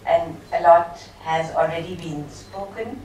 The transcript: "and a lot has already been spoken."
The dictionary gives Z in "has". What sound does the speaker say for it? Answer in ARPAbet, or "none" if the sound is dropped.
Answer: Z